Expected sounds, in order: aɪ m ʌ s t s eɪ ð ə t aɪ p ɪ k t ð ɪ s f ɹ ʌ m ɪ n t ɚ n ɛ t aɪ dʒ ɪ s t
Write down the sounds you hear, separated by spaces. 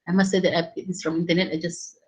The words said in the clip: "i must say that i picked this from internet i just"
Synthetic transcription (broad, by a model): aɪ m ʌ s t s eɪ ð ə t aɪ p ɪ t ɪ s f ɹ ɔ m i n t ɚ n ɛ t aɪ dʒ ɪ s